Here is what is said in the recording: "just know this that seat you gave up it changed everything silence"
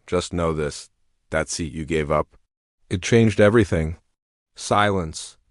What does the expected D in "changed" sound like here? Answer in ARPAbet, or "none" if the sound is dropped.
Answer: D